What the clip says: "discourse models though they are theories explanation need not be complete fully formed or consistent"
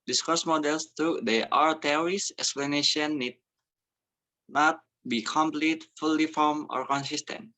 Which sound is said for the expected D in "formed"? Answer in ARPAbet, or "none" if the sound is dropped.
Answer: none